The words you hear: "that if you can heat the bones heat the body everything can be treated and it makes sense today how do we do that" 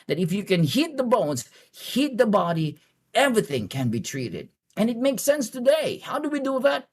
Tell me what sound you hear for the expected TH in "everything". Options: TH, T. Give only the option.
TH